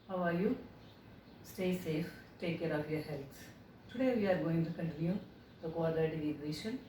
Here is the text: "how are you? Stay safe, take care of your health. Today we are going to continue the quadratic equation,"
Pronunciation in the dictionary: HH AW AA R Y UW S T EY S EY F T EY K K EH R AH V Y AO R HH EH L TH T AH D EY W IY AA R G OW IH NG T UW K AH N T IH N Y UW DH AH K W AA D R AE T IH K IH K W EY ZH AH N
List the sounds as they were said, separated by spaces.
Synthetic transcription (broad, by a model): HH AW AA R Y UW S T EY S EY F T EY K K EH R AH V Y AO R HH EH L T T AH D EY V IY AA R G OW IH NG T UW K AH N T IH N Y UW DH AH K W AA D AH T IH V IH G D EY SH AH N